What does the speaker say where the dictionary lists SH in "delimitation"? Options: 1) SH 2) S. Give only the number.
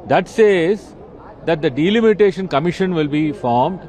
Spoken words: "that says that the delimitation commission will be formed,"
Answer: 1